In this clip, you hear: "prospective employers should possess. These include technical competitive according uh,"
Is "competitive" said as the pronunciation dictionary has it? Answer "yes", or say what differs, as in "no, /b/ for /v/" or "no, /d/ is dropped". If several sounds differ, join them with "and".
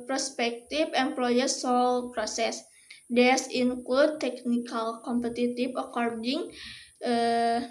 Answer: no, /f/ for /v/